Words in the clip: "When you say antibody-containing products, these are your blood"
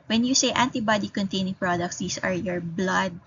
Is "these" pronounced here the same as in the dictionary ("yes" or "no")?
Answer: no